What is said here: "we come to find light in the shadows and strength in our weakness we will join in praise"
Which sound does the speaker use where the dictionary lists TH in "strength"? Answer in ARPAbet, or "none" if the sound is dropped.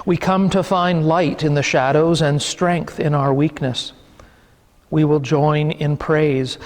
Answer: TH